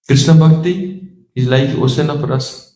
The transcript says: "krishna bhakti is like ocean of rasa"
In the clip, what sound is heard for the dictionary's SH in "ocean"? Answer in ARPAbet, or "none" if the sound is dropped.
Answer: S